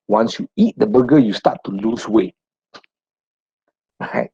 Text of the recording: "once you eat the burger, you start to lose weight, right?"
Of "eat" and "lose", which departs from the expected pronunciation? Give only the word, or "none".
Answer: lose